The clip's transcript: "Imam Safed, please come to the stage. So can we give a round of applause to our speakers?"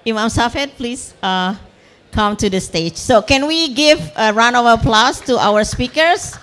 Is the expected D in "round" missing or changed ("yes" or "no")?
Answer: yes